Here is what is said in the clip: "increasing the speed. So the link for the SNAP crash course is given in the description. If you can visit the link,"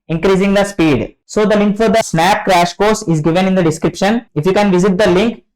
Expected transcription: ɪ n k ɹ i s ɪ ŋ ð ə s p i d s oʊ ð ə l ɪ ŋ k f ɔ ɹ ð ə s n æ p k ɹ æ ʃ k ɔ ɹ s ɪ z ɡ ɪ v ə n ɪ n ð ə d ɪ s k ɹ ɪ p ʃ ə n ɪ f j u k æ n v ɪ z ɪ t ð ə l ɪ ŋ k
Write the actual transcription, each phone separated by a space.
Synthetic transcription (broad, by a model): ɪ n k ɹ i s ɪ ŋ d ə s p i d s oʊ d ə l ɪ ŋ k f ɔ ɹ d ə s n æ p k ɹ æ ʃ k ɔ ɹ s ɪ z ɡ ɪ v ə n ɪ n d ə d ɪ s k ɹ ɪ p ʃ ə n ɪ f j u k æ n v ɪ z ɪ t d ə l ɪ ŋ k